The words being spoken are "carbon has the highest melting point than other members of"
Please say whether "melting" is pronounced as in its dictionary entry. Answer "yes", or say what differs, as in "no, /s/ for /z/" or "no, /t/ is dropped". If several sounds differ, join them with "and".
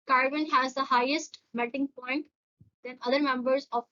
no, /l/ is dropped